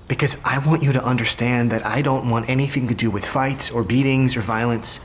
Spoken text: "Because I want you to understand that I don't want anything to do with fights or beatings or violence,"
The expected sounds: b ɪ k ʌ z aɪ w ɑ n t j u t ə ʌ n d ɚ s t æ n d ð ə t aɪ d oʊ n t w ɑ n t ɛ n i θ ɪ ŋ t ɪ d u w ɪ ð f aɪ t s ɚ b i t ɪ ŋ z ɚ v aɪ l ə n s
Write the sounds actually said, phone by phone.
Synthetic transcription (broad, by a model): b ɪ k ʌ z aɪ w ɑ n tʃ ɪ t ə ʌ n d ɚ s t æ n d ð ə t aɪ d oʊ n t w ɑ n t ɛ n i θ ɪ ŋ t ɪ d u w ɪ ð f aɪ t s ɚ b i t ɪ ŋ z ɚ v aɪ l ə n s